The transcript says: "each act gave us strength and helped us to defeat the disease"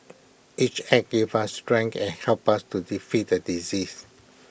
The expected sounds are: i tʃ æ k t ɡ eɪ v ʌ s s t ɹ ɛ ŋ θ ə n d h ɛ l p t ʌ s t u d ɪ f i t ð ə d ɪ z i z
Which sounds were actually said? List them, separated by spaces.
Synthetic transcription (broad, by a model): i tʃ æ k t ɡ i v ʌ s s t ɹ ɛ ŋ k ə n h ɛ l p ʌ s t u d ɪ f i t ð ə d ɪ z i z